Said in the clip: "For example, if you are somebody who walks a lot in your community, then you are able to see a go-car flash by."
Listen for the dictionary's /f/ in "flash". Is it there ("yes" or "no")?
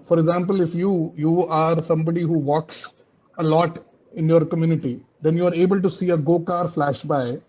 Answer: yes